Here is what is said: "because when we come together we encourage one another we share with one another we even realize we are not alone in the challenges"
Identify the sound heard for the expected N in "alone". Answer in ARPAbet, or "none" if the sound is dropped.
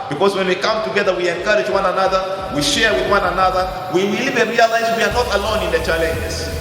N